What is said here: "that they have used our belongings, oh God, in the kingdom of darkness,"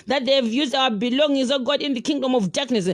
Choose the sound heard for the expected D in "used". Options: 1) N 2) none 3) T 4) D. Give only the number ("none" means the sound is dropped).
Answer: 4